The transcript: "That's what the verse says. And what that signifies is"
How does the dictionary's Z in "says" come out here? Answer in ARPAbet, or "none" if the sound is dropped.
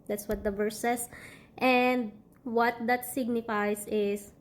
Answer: S